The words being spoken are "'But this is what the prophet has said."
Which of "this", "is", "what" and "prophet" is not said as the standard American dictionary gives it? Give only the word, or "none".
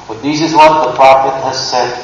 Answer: none